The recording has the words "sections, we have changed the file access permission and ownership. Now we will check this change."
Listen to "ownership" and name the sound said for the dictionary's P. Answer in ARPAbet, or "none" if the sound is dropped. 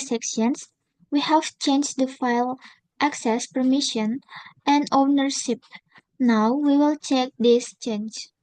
P